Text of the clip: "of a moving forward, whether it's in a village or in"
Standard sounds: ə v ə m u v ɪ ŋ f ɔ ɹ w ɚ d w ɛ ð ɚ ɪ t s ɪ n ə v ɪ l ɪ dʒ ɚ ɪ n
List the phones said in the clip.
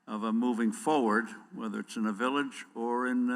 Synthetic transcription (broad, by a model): ə v ə m u v ɪ ŋ f ɔ ɹ w ɚ d w ɛ ð ɚ ɪ t s ɪ n ə v ɪ l ɪ dʒ ɚ ɪ n